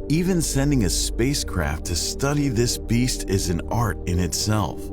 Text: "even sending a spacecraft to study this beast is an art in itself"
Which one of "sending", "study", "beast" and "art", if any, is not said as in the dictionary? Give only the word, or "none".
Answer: none